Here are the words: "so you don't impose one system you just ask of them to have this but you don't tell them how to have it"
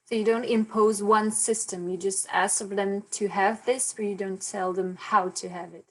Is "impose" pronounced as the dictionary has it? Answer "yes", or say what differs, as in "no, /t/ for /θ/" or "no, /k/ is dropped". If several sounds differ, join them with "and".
yes